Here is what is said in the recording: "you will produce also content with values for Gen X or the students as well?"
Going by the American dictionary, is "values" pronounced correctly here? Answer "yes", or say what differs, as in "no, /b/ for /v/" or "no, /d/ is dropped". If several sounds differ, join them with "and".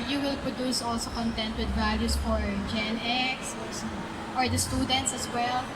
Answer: no, /s/ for /z/